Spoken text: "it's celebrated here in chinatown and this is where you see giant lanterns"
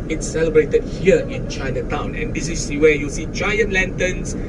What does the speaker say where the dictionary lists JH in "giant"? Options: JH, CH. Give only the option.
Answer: CH